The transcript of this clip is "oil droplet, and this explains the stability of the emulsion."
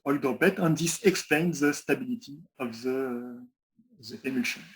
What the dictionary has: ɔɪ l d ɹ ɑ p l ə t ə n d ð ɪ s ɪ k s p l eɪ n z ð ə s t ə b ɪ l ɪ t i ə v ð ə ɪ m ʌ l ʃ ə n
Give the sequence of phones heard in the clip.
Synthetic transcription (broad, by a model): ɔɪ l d ɑ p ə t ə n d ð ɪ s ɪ k s p l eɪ n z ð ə s t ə b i l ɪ t i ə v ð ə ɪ m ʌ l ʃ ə n